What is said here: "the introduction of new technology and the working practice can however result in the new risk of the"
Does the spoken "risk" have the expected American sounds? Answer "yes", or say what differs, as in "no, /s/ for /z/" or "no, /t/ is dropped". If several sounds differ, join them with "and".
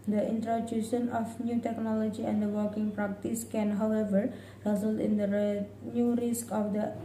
yes